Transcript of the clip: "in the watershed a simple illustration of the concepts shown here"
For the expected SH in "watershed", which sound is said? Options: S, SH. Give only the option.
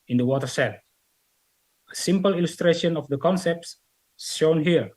S